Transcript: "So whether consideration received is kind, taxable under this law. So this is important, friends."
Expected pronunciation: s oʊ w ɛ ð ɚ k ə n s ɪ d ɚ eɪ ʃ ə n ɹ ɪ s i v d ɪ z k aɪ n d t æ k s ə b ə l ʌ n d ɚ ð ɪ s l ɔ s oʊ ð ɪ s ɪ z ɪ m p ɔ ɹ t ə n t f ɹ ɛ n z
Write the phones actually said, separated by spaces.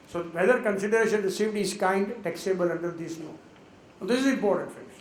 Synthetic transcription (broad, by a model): s oʊ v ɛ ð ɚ k ə n s ɪ d ɚ eɪ ʃ ə n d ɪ s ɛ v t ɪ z k aɪ n d t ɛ k s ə b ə l ʌ n d ɚ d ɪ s n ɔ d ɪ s ɪ z ɪ m p ɔ ɹ t ə n t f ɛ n